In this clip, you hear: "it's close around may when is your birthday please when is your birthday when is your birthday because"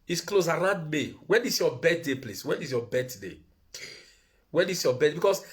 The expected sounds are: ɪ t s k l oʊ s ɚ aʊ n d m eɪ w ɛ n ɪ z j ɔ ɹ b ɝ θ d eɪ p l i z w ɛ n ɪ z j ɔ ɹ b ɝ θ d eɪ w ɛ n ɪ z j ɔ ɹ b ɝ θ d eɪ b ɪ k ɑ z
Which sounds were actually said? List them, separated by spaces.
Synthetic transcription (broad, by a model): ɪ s k l oʊ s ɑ aʊ n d m eɪ w ɛ n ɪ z j ɔ b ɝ t d eɪ p l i s w ɛ n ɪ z j ɔ b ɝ t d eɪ w ɛ n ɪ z j ɔ b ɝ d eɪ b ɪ k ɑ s